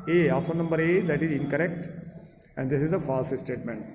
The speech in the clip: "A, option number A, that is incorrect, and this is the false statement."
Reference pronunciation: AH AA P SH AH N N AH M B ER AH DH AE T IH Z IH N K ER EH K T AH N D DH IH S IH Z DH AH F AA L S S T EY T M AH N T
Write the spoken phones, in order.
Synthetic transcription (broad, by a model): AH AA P S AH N N AH M B ER AH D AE T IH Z IH N K ER EH K T AH N D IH S IH Z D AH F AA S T S T EY T M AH N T